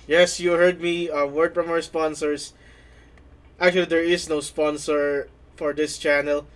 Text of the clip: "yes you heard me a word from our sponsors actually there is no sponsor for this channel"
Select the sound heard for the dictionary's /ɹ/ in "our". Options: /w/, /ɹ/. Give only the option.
/w/